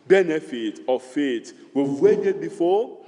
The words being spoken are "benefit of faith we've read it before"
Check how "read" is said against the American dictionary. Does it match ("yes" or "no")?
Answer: no